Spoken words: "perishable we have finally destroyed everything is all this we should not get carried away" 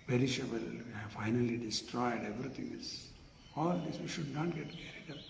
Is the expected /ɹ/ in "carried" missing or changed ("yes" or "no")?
no